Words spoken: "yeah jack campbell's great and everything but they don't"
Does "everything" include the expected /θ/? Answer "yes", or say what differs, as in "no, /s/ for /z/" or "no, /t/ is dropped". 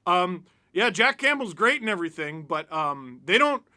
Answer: yes